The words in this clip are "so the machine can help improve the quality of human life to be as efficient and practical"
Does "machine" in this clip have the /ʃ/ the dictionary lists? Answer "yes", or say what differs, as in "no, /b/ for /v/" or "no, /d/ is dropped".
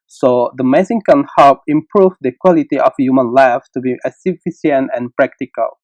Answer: no, /s/ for /ʃ/